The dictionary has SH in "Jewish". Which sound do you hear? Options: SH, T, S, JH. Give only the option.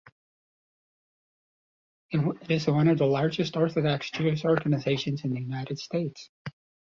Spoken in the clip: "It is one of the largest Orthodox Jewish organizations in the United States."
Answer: S